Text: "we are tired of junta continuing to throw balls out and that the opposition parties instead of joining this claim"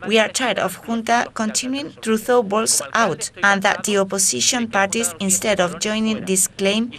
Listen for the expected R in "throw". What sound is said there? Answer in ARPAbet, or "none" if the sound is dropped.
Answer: none